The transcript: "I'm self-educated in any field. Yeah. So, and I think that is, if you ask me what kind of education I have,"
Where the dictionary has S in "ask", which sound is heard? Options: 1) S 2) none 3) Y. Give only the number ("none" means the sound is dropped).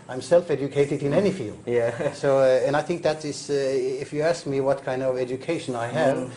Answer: 1